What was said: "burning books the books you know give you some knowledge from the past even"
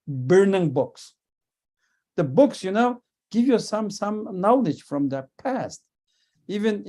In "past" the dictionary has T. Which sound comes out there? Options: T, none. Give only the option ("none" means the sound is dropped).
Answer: T